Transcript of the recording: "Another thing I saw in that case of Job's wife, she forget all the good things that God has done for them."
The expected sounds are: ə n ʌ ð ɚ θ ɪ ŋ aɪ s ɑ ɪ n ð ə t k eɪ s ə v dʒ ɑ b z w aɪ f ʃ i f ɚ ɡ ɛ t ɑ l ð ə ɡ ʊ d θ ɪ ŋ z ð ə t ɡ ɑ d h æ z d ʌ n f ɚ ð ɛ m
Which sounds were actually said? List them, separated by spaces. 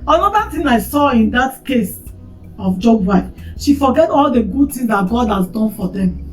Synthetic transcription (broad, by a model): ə n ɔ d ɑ t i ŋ aɪ s ɑ ɪ n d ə t k eɪ s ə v dʒ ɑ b w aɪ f ʃ i f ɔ ɡ ɛ t ɑ l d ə ɡ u d t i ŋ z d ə t ɡ ɑ d h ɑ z d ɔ n f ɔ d ɛ m